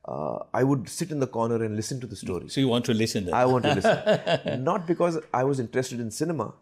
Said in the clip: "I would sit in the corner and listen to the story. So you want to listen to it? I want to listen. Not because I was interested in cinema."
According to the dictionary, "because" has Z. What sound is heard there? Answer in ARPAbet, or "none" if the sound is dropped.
Z